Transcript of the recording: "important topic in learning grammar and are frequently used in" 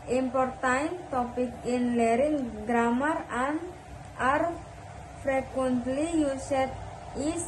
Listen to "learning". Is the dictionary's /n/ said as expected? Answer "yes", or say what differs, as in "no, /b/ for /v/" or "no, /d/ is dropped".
no, /n/ is dropped